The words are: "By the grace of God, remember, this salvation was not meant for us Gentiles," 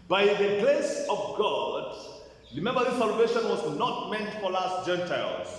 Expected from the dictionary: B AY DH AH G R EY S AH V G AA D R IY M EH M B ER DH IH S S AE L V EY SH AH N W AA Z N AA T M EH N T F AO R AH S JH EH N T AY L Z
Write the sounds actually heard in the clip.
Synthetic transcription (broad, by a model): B AY DH AH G L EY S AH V G AA D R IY M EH M B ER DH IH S S AE L V EY SH AH N W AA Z N AA T M EH N T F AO L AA S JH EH N T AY L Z